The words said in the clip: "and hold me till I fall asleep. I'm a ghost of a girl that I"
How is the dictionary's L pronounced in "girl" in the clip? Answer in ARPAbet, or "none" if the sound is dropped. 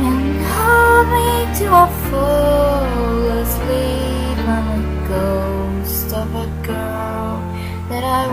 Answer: N